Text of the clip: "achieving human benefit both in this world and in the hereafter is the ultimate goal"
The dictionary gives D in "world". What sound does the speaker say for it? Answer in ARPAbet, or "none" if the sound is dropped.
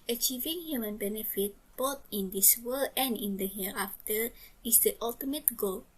none